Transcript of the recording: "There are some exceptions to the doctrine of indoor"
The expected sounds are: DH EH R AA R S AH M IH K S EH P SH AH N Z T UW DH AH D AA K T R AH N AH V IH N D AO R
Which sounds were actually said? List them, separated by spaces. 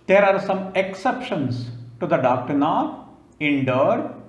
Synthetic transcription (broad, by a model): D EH R AA R S AH M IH K S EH P SH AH N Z T UW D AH D AA K T R AH N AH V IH N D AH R